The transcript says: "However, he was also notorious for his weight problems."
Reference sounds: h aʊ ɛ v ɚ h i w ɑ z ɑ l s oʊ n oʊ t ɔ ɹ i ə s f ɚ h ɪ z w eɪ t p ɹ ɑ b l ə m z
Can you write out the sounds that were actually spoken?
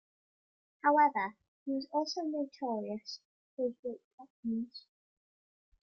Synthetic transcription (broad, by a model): h aʊ ɛ v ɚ h i w ɑ z ɑ l s oʊ n oʊ t ɔ ɹ i ə s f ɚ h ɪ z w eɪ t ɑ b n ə z